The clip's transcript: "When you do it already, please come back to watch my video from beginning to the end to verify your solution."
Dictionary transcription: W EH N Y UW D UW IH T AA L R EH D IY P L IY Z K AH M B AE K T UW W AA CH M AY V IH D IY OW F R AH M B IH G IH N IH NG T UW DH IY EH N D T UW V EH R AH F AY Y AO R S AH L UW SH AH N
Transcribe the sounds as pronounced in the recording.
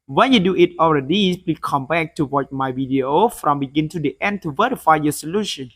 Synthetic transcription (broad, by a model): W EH N Y UW D UW IH T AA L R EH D IY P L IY K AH M B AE K T UW W AA CH M AY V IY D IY OW F R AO M B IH G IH N T UW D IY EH N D T UW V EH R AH F AY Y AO S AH L UW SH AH N